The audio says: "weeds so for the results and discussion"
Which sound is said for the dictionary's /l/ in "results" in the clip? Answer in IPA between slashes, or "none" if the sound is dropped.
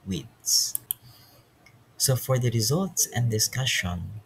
/l/